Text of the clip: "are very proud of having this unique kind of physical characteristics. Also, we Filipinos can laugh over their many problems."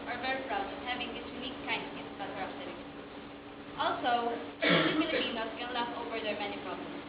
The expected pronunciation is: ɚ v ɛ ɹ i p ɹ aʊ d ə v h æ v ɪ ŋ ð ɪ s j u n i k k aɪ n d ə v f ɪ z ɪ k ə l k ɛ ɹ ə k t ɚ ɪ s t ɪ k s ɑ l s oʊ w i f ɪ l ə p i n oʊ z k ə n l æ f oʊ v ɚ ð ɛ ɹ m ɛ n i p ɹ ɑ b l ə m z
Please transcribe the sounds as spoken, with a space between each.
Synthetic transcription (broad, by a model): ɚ v ɛ ɹ i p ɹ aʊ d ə h æ v ɪ ŋ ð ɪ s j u n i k k aɪ n d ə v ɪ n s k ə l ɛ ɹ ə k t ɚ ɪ t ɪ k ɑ l s oʊ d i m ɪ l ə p i n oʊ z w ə l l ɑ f oʊ v ɚ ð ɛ ɹ m ɛ n i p ɹ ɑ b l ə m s